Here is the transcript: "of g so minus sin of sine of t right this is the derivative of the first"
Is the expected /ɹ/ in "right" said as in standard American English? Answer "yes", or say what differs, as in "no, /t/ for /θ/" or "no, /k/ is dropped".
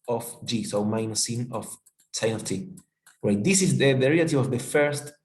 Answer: no, /w/ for /ɹ/